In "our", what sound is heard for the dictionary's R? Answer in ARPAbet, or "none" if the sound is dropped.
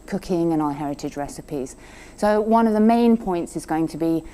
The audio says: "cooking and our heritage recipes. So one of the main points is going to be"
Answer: L